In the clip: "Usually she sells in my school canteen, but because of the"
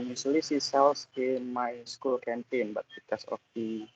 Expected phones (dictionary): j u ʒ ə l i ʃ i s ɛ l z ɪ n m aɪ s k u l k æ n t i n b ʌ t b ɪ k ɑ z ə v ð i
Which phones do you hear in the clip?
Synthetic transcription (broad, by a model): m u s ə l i s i s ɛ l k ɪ m aɪ s k u l k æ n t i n b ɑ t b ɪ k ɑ s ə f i